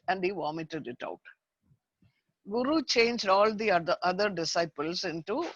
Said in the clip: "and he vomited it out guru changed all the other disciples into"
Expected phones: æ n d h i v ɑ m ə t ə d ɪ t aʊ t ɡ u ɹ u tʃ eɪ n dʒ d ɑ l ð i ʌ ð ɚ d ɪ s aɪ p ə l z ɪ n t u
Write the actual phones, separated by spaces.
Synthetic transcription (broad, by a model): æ n d h i v ɑ m ə t ə d ɪ t aʊ t ɡ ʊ ɹ u tʃ eɪ n dʒ d ɑ l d i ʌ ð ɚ d ɪ s aɪ p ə l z ɪ n t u